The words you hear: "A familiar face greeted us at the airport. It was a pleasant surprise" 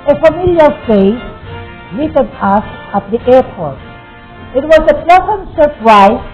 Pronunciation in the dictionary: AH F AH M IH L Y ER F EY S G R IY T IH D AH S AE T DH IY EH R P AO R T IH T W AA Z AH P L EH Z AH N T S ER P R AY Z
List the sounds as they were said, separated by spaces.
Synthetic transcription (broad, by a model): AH F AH M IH L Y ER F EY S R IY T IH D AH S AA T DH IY EH R P AO R T IH T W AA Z AH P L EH S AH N S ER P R AY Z